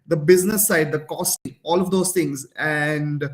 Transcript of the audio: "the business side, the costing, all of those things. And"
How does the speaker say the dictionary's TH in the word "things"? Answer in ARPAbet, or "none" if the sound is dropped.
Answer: T